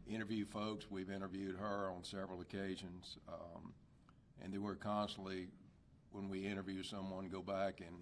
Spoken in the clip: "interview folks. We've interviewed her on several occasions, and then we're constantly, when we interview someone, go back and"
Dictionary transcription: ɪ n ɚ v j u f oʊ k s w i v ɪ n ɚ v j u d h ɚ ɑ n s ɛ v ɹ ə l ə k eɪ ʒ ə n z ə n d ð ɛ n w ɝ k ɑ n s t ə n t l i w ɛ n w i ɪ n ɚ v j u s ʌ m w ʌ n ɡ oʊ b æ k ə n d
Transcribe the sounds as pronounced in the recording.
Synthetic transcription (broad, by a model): ɪ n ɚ v j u f oʊ k s w i v ɪ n ɚ v j u d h ɚ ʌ n s ɛ v ɹ l ə k eɪ ʒ ə n z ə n ð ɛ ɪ w ɝ k ɑ n s t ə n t l i w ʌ n w i ɪ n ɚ v j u s ʌ m w ʌ n ɡ oʊ b æ k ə n